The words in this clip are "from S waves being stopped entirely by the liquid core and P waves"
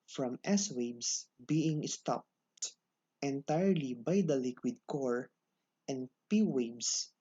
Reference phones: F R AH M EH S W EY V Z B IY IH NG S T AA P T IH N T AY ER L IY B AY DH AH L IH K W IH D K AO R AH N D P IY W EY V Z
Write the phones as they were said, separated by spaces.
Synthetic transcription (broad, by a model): F R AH M EH S W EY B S B IY IH NG S T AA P T IH N T AY ER L IY B AY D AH L IH K W IH D K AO R AH N D P IY W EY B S